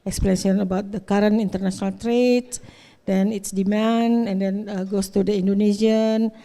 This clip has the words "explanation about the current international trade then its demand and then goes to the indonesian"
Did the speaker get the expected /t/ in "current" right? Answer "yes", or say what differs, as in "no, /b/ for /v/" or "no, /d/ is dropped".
no, /t/ is dropped